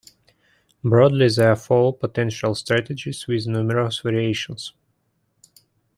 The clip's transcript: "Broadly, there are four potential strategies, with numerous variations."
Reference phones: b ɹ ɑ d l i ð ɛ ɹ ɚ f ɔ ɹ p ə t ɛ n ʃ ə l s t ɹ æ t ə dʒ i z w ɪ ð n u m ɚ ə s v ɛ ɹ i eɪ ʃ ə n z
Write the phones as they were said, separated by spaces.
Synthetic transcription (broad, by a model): b ɹ ɑ d l i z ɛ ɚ f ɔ l p ə t ɛ n ʃ ə l s t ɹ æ t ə dʒ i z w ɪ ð n u m ɚ ə s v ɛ ɹ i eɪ ʃ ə n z